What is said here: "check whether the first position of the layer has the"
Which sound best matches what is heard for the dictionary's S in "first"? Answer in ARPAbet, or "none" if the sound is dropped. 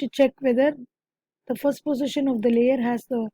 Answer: S